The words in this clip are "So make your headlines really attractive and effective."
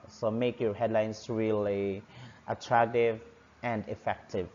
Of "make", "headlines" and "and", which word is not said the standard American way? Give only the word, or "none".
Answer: headlines